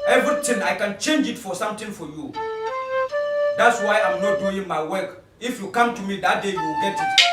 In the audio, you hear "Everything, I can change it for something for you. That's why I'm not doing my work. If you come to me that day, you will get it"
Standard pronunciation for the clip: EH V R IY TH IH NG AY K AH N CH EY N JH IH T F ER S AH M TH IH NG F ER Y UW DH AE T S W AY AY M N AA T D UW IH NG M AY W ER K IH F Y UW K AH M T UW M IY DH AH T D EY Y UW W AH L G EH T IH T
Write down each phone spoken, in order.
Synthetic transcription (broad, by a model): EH V R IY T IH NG AY K AH N CH EY N JH IH T F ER S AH M T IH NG F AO Y UW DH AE T S W AY AY M N AA T D UW IH NG M AY W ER K IH F Y UW K AH M T UW M IY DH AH T D EY Y UW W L G EH T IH T